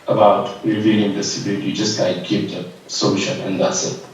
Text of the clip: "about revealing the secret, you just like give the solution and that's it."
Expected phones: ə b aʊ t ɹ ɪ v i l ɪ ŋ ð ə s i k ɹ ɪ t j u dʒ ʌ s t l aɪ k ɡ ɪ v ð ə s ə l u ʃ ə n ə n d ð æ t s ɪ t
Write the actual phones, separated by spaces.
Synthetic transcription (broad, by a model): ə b aʊ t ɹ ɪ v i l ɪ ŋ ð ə s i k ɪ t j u dʒ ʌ s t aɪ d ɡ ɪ p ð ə s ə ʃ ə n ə n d ð æ t s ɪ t